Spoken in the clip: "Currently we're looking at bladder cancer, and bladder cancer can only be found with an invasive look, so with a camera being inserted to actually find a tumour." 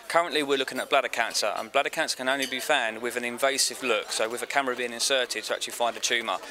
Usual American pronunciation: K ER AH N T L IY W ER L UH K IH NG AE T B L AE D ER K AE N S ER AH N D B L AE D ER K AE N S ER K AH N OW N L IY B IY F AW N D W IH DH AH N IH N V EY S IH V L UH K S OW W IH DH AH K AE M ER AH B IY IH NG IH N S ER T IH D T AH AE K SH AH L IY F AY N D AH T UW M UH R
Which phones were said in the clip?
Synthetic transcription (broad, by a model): K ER AH N T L IY W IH L UH K IH NG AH T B L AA D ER K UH N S ER AH N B L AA D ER K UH N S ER K AH N OW N L IY B IY F AW N D W IH DH AH N IH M V EY S IH V L UH K S OW W IH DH AH K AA M ER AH B IY IH NG IH N S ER T IH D T AH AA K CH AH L IY F AY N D AH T UW M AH